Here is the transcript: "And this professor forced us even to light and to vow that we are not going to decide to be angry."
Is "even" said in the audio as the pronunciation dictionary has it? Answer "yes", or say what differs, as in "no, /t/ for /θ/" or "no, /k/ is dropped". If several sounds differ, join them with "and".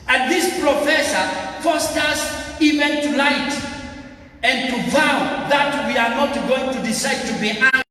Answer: yes